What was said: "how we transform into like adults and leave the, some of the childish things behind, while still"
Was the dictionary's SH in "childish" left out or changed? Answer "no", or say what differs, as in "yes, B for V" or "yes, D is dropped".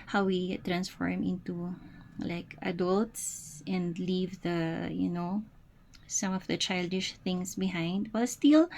no